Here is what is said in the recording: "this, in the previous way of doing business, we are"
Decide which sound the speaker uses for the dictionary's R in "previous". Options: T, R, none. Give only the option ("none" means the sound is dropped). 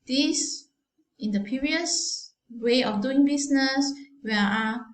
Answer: none